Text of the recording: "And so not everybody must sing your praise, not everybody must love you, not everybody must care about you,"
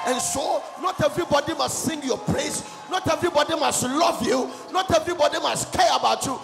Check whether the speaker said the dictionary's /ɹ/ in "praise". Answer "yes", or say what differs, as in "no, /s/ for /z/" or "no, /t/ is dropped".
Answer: no, /l/ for /ɹ/